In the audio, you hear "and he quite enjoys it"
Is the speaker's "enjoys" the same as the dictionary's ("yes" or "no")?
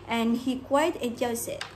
no